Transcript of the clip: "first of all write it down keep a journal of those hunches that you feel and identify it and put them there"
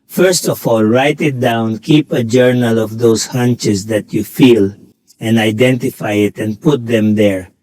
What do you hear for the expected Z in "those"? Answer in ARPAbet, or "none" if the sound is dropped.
S